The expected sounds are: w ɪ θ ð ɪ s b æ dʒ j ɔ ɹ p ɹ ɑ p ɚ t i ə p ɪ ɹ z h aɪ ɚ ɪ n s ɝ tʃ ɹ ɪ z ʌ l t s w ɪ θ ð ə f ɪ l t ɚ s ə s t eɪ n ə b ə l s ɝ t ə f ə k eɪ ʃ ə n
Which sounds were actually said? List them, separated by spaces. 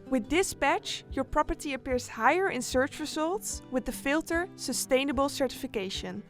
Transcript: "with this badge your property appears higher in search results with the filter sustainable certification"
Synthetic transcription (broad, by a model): w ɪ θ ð ɪ s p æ tʃ j ɔ ɹ p ɹ ɑ p ɚ t i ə p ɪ ɹ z h aɪ ɚ ɪ n s ɝ tʃ ɹ ɪ z ʌ l t s w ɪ ð ə f ɪ l t ɚ s ə s t eɪ n ə b ə l s ɝ t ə f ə k eɪ ʃ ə n